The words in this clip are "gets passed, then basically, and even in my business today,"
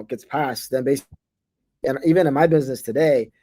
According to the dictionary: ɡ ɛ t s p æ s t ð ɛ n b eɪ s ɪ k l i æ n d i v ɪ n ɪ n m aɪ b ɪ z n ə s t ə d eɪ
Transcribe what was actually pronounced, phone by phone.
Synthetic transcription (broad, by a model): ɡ ɛ t s p æ s t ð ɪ n b eɪ ɪ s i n i v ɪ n ɪ n m aɪ b ɪ z n ə s t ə d eɪ